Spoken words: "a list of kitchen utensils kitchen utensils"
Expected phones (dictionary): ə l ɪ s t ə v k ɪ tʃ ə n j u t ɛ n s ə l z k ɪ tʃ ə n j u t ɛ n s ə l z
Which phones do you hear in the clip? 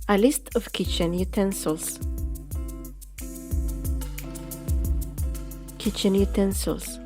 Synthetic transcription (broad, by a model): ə l ɪ s t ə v k ɪ tʃ ə n j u t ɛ n s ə l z k ɪ tʃ ə n j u t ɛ n s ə l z